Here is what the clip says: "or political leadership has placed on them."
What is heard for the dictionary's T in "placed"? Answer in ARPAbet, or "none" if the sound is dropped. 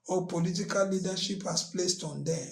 T